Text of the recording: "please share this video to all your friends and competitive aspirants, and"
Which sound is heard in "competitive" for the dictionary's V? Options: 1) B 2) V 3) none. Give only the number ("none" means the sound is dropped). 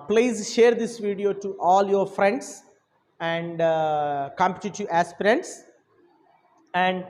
3